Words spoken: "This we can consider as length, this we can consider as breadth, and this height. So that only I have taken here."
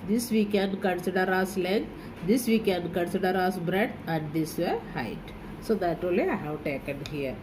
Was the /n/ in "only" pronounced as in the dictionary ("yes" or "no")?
no